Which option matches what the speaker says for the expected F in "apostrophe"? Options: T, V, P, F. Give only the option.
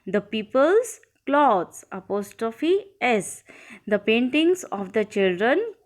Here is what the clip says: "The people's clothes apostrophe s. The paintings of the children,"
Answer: F